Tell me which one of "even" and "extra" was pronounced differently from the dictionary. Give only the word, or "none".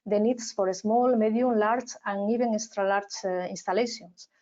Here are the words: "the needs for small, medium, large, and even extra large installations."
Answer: even